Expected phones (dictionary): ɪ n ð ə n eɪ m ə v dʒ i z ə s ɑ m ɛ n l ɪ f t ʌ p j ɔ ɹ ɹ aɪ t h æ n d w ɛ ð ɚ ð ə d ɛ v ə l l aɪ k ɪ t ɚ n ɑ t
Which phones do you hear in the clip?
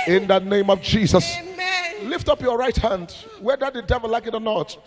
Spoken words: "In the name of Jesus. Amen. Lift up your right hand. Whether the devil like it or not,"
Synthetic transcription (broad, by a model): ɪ n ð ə n eɪ m ə v dʒ i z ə s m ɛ l ɪ f t ʌ p j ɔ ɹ ɹ aɪ t h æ n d w ɛ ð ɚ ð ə d ɛ v ə l l aɪ k ɪ t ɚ n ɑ t